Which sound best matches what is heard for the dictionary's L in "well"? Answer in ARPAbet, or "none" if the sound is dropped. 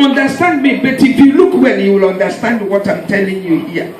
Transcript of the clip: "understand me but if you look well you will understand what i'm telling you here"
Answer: N